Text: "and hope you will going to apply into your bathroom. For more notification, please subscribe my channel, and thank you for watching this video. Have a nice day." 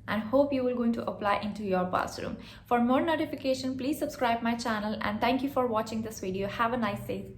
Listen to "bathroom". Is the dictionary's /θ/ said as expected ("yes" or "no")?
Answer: no